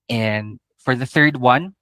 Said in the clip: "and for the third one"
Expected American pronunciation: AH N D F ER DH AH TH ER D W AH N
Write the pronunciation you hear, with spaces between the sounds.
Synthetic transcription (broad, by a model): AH N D F ER DH AH TH ER D W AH N